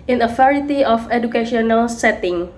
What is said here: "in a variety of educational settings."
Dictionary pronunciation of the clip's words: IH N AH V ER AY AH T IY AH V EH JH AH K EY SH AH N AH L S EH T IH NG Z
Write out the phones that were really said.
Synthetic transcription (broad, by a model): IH N AH F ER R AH T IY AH F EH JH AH K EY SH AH N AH L S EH T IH NG